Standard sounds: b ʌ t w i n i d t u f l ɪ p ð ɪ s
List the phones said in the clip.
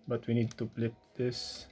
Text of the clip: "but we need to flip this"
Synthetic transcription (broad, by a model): b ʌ t w i n i d t u p l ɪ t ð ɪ s